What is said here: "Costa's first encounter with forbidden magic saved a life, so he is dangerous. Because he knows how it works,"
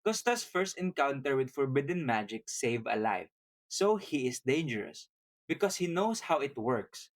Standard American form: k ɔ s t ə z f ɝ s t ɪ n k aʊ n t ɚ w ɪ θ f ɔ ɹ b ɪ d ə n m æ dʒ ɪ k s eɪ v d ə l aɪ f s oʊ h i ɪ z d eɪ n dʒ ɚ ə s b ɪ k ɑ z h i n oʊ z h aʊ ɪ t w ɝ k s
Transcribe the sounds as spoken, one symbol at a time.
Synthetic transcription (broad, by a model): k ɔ s t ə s f ɝ s t ɪ n k aʊ n t ɚ w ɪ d f ɔ ɹ b ɪ d ə n m æ dʒ ɪ k s eɪ v ə l aɪ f s oʊ h i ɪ s d eɪ n dʒ ɚ ə s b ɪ k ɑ s h i n oʊ s h aʊ ɪ t w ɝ k s